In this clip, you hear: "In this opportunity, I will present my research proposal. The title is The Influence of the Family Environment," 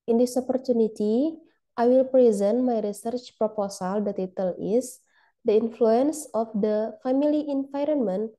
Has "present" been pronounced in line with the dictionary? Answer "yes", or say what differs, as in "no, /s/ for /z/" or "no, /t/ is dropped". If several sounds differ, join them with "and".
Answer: yes